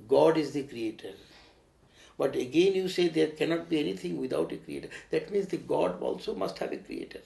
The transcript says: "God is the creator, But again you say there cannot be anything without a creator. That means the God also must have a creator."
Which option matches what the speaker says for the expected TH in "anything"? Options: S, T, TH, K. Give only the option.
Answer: T